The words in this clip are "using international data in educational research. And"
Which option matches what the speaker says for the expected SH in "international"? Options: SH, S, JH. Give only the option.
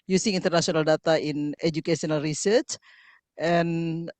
S